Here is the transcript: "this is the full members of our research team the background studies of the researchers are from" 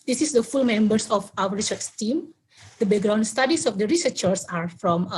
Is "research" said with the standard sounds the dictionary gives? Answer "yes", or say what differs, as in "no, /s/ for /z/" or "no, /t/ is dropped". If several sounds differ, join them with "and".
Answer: no, /s/ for /tʃ/